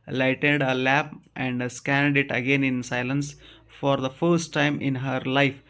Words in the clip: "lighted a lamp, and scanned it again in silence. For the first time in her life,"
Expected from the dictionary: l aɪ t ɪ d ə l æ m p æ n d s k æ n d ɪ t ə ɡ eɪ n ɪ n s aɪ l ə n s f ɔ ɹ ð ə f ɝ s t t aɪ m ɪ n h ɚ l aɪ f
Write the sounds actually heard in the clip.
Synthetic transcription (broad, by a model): l aɪ t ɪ d ə l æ p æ n d s k æ n d ɪ t ə ɡ eɪ n ɪ n s aɪ l ə n s f ɔ ɹ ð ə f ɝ s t t aɪ m ɪ n h ɚ l aɪ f